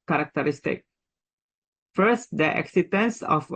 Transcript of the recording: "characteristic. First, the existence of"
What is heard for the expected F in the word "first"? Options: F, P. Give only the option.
F